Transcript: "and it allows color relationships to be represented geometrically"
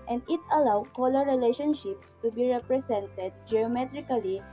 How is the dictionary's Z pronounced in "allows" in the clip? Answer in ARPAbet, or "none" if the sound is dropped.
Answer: none